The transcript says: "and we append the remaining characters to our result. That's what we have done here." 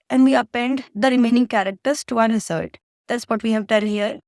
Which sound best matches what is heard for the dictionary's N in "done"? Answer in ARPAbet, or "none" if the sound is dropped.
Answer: L